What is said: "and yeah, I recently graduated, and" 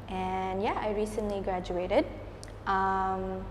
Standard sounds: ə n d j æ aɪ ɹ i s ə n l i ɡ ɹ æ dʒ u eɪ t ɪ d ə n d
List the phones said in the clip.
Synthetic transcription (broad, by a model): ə n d j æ aɪ ɹ i s ə n l i ɡ ɹ æ dʒ u eɪ t ɪ d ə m